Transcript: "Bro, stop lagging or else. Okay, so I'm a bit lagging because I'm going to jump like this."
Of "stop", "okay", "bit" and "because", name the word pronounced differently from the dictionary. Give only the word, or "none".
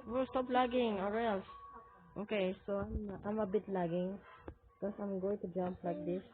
because